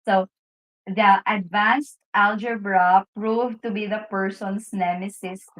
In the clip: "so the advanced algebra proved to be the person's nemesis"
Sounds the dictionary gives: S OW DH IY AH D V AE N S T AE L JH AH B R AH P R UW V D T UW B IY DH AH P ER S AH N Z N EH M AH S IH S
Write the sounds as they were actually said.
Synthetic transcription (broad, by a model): S OW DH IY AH D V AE N S T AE L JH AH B R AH P R UW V T UW B IY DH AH P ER S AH N S N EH M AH S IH S